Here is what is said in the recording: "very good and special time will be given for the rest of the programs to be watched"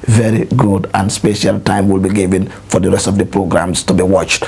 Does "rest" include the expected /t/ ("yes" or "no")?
yes